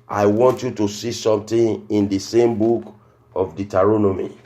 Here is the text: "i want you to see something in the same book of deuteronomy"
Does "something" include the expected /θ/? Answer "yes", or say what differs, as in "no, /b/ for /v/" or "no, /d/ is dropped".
no, /t/ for /θ/